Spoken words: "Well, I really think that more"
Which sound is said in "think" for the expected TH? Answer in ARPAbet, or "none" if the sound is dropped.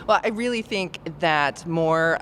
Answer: TH